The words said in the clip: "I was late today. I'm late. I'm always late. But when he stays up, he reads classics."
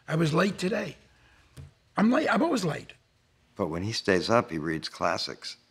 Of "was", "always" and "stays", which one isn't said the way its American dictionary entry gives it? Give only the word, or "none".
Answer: always